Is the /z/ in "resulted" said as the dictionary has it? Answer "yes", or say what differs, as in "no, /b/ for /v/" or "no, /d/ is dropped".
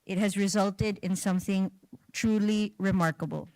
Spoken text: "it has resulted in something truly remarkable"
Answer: yes